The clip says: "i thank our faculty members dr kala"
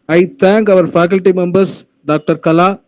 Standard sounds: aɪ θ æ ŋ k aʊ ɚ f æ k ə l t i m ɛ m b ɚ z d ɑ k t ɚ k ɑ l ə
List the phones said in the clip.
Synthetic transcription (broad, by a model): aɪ t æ ŋ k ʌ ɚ f æ k ə l t i m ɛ m b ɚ s d ɑ k t ɚ k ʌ l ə